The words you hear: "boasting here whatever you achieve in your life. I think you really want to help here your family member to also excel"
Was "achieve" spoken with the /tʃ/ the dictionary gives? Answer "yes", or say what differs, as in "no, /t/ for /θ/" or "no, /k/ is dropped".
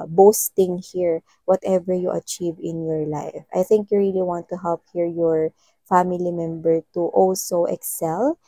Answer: yes